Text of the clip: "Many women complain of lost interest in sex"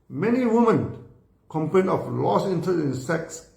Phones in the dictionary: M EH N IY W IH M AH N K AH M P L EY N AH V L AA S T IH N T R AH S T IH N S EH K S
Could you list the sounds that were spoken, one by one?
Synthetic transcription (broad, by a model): M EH N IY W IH M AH N K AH M P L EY N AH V L AA S IH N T AH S IH N S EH K S